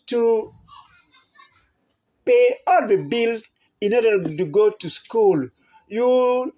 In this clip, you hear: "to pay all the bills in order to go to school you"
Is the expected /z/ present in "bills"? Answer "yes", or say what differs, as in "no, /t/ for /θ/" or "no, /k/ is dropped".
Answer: no, /z/ is dropped